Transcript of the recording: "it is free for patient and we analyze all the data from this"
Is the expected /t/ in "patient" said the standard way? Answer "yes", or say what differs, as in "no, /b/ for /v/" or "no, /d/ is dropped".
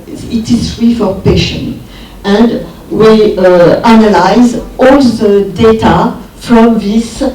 no, /t/ is dropped